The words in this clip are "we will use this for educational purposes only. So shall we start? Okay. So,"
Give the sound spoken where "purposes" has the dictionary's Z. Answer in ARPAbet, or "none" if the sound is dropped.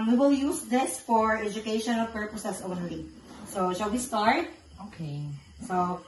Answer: S